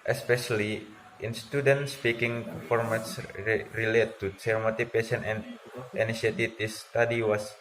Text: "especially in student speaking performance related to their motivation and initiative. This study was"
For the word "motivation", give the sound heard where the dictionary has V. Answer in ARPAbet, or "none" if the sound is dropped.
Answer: P